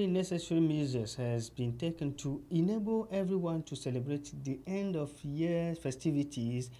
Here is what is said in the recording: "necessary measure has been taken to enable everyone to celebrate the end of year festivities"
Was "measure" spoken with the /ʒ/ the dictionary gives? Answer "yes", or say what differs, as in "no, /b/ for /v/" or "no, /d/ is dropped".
no, /z/ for /ʒ/